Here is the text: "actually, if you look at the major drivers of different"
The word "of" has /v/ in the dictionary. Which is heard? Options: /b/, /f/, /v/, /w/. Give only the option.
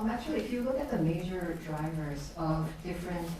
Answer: /v/